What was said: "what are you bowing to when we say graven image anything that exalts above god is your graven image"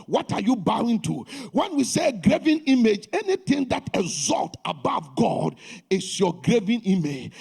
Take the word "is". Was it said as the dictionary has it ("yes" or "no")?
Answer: no